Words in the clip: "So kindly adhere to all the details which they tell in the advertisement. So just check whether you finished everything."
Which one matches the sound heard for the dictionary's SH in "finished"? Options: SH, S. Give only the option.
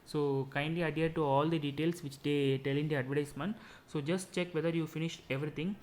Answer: SH